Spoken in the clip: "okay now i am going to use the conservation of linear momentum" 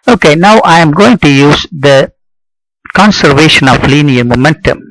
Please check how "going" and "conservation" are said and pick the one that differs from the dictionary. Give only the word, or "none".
none